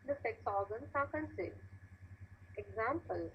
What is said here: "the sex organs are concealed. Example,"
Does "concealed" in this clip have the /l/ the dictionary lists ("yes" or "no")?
no